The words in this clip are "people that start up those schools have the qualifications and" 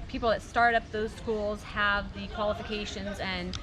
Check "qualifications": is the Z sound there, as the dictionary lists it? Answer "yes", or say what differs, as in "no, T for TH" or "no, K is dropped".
yes